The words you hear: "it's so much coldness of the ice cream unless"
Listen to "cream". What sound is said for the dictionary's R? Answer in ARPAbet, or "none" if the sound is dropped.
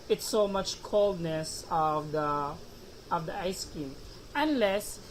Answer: none